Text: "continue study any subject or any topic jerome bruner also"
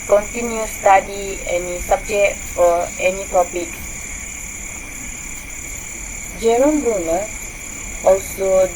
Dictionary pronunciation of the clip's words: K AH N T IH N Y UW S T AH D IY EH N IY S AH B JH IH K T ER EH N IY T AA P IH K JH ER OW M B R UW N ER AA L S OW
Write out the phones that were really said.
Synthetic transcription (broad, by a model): K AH N T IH N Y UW S T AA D IY EH N IY S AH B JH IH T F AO EH N IY T AA P IH K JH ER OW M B UW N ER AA L S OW